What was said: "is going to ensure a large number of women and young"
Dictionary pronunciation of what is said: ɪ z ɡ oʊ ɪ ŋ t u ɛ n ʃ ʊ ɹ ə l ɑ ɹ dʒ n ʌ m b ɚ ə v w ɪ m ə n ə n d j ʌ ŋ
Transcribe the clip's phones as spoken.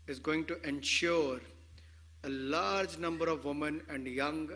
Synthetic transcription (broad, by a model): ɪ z ɡ oʊ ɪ ŋ t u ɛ n ʃ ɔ ɹ ə l ɑ ɹ dʒ n ʌ m b ɚ ə v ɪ m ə n ə n d j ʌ ŋ